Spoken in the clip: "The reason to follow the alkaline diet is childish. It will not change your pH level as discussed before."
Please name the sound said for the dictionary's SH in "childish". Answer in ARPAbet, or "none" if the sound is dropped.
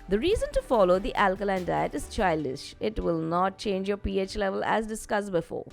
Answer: SH